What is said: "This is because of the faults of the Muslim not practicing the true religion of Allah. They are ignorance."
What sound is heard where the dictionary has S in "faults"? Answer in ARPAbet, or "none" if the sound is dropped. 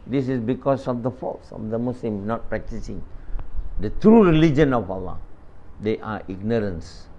S